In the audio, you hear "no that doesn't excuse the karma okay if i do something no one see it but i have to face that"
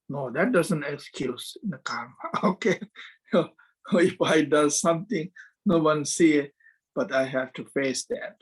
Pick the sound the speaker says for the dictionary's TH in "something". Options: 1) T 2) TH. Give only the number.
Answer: 1